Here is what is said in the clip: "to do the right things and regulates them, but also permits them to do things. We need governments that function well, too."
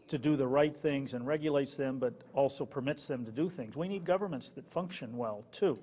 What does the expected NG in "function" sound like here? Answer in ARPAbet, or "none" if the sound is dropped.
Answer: NG